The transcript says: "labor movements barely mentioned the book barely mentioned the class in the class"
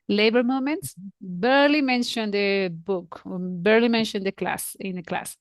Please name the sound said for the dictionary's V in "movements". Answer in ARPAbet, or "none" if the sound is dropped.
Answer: none